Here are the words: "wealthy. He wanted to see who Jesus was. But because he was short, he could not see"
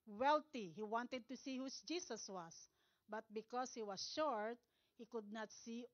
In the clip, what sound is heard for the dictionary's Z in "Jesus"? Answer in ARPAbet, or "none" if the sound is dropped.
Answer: S